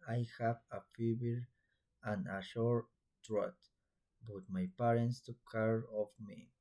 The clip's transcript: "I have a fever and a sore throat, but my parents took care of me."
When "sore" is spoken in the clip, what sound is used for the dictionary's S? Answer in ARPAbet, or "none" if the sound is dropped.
SH